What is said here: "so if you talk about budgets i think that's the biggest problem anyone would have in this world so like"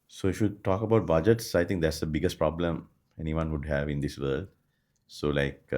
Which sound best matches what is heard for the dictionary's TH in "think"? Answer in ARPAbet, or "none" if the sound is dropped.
T